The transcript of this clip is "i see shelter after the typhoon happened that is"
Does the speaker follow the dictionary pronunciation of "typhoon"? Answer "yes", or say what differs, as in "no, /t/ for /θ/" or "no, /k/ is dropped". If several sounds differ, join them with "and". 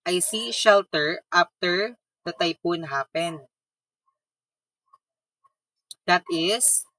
no, /p/ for /f/